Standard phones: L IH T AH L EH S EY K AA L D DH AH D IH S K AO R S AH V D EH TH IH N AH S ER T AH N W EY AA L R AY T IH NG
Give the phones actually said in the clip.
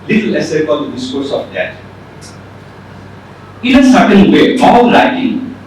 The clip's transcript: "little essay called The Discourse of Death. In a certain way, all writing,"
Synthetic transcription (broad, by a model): L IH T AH L EH S EY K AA N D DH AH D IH S K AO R S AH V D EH T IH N AH S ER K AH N W EY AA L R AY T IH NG